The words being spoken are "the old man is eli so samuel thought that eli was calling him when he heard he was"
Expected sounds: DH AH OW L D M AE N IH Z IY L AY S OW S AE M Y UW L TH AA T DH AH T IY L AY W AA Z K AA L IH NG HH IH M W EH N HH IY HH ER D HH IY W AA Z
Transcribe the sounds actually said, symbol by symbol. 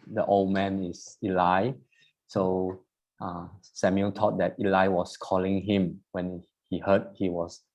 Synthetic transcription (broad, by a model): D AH OW L D M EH N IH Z IY L AY S OW S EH M Y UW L T AA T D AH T IY L AY W AA S K AA L IH NG HH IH M W EH N HH IY HH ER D HH IY W AA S